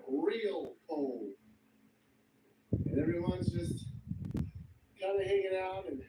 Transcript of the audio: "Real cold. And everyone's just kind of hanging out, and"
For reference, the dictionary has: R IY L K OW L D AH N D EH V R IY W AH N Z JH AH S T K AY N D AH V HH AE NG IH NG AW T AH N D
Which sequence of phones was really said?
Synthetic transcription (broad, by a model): R IY L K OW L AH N EH V R IY W AH N Z JH AH S T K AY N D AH HH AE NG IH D AW T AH N